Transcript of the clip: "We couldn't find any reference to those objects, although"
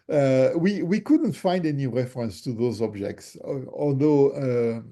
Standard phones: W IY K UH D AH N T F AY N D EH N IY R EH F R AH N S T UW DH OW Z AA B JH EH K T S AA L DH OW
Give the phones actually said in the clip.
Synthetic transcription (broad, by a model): W IY K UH D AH N T F AY N D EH N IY R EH F R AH N S T UW DH OW Z AA B JH EH K T S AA L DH OW